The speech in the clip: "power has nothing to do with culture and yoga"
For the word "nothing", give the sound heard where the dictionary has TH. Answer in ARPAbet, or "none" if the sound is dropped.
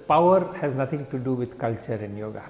T